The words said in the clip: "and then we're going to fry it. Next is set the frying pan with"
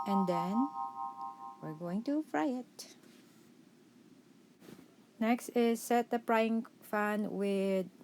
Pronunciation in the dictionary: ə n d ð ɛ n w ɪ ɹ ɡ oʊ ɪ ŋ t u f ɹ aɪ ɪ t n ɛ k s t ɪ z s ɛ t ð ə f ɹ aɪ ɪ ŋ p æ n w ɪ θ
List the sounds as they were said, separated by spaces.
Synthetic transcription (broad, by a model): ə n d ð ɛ n w ɪ ɹ ɡ oʊ ɪ ŋ t u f ɹ aɪ ɪ t n ɛ k s t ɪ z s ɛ t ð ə p ɹ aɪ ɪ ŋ f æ n w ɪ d